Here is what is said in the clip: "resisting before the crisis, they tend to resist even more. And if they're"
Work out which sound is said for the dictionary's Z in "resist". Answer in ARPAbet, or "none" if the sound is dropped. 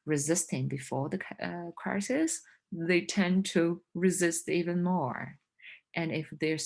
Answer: Z